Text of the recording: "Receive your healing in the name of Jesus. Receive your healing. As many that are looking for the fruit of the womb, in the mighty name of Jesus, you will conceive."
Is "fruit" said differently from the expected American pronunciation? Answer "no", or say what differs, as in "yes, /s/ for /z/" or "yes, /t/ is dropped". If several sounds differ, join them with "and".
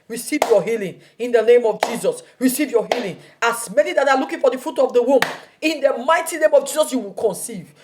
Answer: yes, /ɹ/ is dropped